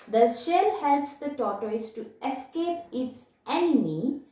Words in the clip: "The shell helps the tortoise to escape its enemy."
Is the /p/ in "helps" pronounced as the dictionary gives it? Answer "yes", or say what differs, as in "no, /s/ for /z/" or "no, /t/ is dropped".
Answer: yes